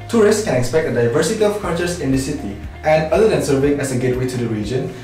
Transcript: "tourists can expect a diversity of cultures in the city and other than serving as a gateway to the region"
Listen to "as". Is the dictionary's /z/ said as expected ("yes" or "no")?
no